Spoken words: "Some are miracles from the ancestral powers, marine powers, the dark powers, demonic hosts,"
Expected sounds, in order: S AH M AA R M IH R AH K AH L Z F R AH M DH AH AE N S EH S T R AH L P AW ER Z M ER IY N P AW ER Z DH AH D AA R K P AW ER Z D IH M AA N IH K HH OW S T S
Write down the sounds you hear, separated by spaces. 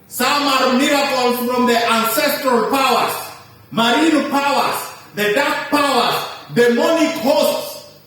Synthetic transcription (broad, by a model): S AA M AA R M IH R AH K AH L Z F R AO M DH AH AE N S EH S T R AH L P AW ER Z M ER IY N P AW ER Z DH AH D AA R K P AW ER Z D IH M AA N IH K HH OW S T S